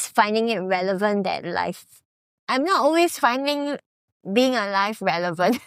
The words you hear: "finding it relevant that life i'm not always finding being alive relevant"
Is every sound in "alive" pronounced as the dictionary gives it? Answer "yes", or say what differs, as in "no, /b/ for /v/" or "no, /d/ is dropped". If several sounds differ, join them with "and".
no, /f/ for /v/